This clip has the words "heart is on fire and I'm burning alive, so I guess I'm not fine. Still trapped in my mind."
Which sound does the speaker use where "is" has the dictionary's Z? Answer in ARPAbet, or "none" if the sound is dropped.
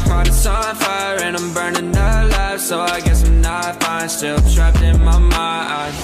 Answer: S